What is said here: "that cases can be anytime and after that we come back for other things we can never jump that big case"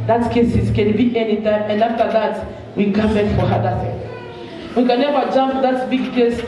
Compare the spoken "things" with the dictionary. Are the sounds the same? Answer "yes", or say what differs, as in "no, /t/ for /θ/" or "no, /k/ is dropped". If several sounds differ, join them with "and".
no, /z/ is dropped